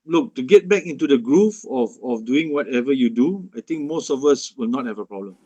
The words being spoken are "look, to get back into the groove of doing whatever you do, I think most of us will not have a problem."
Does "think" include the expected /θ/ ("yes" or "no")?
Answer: no